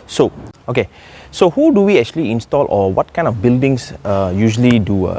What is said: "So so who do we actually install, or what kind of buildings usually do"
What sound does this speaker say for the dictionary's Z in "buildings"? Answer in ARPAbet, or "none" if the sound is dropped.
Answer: S